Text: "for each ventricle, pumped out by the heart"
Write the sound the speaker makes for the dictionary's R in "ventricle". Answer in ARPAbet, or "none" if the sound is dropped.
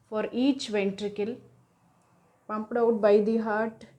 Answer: R